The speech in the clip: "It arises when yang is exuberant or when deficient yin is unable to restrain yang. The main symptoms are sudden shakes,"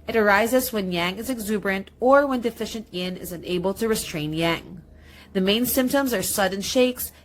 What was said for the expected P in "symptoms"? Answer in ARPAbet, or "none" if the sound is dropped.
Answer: P